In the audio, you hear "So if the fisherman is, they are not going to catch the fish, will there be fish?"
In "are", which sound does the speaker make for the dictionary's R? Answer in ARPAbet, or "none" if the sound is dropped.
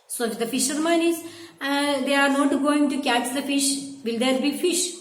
R